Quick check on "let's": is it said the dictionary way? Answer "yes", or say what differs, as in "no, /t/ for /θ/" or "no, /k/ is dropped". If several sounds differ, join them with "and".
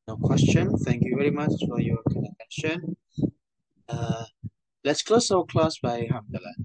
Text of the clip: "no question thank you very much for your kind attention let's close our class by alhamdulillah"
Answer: yes